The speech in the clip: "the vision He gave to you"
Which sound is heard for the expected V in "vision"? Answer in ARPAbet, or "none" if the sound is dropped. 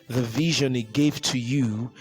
V